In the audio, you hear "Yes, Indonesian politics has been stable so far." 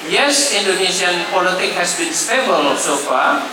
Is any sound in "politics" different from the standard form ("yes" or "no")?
yes